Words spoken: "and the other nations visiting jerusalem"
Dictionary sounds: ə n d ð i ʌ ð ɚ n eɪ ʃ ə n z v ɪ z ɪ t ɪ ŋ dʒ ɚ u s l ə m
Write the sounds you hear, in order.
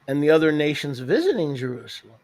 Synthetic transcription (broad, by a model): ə n ð i ʌ ð ɚ n eɪ ʃ ə n z v ɪ z ɪ t ɪ ŋ dʒ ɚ u s l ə m